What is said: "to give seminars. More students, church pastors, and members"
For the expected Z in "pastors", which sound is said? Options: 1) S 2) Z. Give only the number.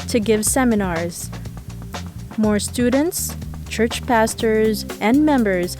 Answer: 2